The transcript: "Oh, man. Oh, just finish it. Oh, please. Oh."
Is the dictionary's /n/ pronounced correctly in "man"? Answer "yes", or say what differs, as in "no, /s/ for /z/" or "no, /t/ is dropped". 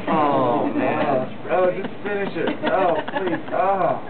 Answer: no, /n/ is dropped